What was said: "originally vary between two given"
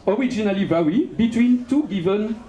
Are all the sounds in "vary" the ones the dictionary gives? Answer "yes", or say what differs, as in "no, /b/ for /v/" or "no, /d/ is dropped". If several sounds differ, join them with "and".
no, /w/ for /ɹ/